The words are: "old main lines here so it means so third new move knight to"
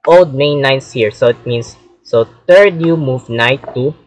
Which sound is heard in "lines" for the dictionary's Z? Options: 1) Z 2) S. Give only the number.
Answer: 2